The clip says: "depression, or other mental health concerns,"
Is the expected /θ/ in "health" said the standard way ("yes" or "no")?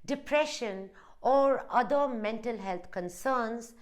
no